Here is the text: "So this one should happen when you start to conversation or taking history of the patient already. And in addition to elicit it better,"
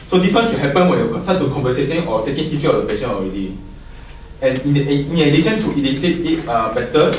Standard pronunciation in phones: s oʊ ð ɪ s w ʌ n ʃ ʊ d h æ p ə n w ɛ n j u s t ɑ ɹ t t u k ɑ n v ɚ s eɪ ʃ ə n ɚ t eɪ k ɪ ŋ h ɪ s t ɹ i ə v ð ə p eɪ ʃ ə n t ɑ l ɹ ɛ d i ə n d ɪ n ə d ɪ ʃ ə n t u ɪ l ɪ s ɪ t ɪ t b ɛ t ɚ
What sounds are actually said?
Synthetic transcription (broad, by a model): s oʊ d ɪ s w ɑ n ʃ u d h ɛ p ə n w ɛ n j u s t ɑ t t u k ɑ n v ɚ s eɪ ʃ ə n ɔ t eɪ k ɪ ŋ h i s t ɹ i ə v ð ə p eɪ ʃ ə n ɑ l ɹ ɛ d i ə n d ɪ n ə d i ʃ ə n t u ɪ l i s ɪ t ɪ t b ɛ t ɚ